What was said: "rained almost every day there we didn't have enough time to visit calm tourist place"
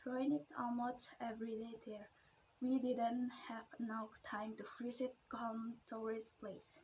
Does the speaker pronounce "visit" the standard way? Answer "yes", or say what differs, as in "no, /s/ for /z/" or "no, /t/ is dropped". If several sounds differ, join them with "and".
no, /f/ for /v/